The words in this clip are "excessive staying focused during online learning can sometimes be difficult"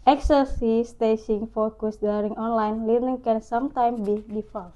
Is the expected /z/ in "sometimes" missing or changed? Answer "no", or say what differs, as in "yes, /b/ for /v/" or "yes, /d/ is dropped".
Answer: yes, /z/ is dropped